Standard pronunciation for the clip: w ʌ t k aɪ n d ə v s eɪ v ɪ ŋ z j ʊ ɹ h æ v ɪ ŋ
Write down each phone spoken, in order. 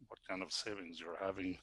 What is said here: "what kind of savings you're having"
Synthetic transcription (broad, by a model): w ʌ t k aɪ n d ə v s eɪ v ɪ ŋ z j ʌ ɹ h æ v ɪ ŋ